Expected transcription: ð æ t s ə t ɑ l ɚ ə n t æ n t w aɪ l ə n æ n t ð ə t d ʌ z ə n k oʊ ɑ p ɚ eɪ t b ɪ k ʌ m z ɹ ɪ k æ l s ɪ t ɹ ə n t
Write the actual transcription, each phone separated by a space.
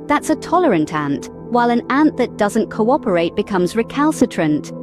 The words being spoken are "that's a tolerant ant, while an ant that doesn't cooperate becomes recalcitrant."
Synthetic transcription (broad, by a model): ð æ t s ə t ɑ l ɚ ə n t æ n t w aɪ l ə n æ n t ð ə t d ʌ z ə n k oʊ ɑ p ɚ eɪ t b ɪ k ʌ m z ɹ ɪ k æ l s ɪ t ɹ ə n t